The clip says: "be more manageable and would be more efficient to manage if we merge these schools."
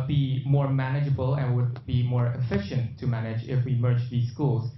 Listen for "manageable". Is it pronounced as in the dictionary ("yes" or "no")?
yes